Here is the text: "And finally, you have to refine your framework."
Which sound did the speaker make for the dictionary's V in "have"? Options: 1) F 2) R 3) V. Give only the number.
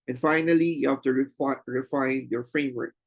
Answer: 1